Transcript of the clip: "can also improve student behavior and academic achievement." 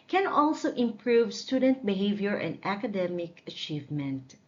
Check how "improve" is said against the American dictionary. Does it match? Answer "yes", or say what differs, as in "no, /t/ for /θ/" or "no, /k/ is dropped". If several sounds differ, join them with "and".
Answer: yes